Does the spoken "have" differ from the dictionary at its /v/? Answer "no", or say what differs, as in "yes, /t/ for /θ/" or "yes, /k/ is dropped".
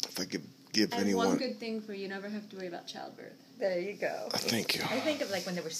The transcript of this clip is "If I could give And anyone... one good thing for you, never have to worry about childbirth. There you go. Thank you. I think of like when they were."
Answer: yes, /f/ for /v/